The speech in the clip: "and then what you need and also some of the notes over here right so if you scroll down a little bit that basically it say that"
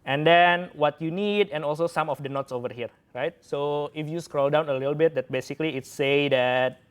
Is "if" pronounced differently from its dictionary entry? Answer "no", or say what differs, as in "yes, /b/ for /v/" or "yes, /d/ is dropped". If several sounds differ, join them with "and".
no